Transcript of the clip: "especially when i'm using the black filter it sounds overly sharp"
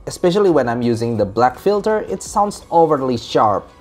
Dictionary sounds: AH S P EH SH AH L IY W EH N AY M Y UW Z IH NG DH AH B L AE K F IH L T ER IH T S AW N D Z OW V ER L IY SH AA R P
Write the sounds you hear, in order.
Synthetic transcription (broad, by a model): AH S P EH SH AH L IY W EH N AY M Y UW Z IH NG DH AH B L AE K F IH L T ER IH T S AW N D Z OW V ER L IY SH AA R P